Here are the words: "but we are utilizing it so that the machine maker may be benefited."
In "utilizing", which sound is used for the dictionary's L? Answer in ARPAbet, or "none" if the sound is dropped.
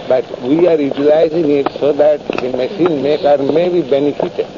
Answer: L